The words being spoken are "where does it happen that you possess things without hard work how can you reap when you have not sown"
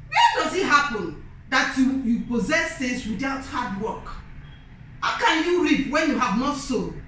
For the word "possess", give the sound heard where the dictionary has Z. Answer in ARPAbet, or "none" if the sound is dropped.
Z